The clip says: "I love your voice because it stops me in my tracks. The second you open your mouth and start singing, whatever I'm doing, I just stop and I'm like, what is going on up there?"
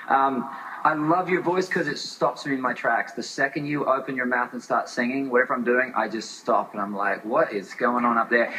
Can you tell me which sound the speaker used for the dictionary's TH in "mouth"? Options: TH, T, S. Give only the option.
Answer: TH